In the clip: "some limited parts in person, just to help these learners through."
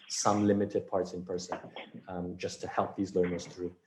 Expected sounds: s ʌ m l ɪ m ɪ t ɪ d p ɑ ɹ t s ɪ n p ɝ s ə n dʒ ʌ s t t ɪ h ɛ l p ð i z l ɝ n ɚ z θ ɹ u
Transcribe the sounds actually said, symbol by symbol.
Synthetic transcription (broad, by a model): s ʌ m l ɪ m ɪ t ɪ d p ɑ ɹ t s ɪ n p ɝ s ə n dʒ ʌ s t t ɪ h ɛ l p ð i z l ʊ n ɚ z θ ɹ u